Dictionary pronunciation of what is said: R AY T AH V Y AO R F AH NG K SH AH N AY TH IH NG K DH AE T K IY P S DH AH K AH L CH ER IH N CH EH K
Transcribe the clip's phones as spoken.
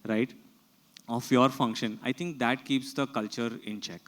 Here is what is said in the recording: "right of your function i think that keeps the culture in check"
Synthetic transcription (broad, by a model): R AY T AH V Y AO R F AH NG K SH AH N AY T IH NG K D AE T K IY P S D AH K AH L CH ER IH N CH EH K